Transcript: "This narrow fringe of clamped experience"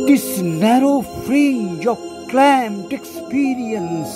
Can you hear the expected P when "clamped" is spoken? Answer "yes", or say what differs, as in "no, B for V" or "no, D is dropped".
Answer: no, P is dropped